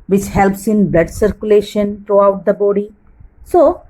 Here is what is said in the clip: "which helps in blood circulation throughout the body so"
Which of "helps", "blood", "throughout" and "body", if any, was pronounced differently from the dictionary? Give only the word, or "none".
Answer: throughout